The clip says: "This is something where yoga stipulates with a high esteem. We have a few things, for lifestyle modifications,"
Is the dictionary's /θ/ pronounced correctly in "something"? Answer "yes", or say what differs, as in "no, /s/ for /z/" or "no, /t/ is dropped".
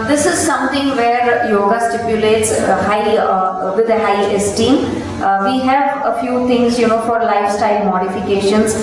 no, /t/ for /θ/